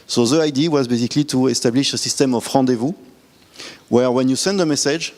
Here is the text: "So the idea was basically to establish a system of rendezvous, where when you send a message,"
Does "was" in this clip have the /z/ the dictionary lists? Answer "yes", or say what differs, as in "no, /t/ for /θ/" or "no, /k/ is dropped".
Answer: yes